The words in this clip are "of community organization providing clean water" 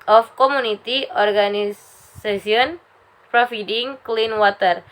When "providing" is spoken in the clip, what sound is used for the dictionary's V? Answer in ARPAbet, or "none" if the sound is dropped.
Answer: F